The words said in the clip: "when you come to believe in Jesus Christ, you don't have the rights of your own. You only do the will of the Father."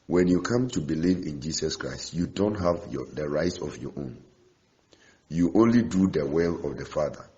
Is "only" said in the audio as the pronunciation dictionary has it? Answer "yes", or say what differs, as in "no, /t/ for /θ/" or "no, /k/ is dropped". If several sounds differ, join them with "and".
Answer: yes